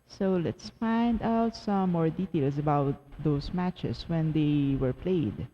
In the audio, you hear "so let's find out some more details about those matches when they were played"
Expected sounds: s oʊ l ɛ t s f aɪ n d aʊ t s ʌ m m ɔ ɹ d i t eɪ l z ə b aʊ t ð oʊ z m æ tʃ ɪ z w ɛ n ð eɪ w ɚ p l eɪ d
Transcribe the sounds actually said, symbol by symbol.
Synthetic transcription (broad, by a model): s oʊ l ɛ t s f aɪ n d aʊ t s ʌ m m ɔ ɹ d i t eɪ l s ə b aʊ t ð oʊ s m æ tʃ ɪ s w ɛ n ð eɪ w ɚ p l eɪ d